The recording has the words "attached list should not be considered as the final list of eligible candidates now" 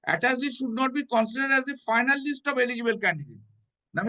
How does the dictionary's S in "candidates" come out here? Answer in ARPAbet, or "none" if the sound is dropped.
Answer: none